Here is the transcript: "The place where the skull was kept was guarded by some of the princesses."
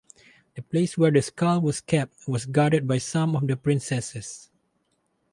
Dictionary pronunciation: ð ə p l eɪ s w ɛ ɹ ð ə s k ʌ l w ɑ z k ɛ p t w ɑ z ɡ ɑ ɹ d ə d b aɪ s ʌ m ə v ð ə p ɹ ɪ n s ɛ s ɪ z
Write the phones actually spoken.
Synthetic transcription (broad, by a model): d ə p l eɪ s w ɛ ɹ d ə s k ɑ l w ɑ s k ɛ p t w ɑ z ɡ ɑ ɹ d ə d b aɪ s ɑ m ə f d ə p ɹ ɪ n s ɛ s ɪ s